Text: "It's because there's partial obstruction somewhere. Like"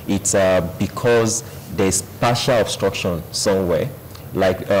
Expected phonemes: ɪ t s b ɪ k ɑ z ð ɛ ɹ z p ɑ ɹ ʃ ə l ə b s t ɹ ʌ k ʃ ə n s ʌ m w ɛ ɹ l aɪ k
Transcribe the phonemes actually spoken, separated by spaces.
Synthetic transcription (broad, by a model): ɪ t s b ɪ k ɑ z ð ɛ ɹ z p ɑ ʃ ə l ə b s t ɹ ʌ k ʃ ə n s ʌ m w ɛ l aɪ k